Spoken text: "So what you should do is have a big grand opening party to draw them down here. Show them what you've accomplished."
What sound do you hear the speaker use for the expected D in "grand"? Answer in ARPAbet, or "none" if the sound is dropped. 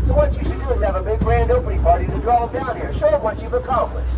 D